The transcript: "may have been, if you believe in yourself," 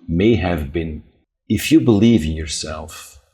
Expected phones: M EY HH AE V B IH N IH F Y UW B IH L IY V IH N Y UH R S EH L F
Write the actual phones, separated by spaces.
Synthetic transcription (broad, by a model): M EY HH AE V B IH N IH F Y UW B IH L IY V IH N Y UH R S EH L F